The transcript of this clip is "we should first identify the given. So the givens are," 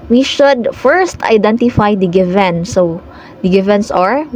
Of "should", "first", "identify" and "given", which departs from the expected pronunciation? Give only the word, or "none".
none